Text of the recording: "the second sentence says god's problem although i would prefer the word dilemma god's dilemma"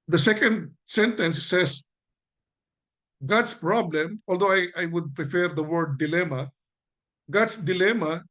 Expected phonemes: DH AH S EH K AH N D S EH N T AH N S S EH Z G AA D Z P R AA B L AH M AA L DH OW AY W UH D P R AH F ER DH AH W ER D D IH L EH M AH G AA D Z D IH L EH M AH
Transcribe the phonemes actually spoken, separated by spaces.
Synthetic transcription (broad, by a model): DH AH S EH K AH N D S EH N T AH N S S EH S G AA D S P R AA B L AH M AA L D OW AY W UH D P R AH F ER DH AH W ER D D IH L EH M AH G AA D S D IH L EH M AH